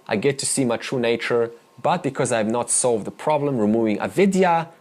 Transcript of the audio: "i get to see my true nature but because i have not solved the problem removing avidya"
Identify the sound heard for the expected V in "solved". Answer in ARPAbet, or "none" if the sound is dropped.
V